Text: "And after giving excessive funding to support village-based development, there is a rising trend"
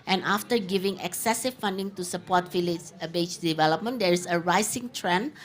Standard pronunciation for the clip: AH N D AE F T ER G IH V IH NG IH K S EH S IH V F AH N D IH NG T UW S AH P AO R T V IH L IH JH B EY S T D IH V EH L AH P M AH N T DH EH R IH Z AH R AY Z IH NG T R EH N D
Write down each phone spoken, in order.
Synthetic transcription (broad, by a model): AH N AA F T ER G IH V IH NG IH K S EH S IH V F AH N D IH NG T UW S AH P AO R T F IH L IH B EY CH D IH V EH L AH P M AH N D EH R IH S AH R AY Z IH NG T R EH N